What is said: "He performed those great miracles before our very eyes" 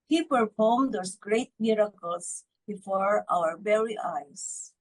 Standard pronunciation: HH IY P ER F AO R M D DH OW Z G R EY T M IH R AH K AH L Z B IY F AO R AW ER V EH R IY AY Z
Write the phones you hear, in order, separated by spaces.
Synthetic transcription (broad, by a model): HH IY P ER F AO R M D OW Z G R EY T M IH R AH K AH L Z B IY F AO R AW ER B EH R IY AY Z